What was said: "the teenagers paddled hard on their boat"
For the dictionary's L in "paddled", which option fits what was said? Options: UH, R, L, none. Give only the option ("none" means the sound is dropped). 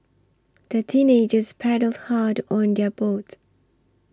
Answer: L